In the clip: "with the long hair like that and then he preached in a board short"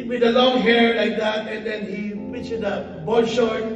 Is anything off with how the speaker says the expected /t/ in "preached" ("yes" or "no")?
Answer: yes